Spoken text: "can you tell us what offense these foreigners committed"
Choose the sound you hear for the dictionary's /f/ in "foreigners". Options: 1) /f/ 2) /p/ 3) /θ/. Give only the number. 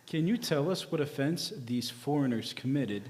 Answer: 1